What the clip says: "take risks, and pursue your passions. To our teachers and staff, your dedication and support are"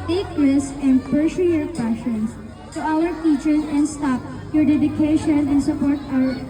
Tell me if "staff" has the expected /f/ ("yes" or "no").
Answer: no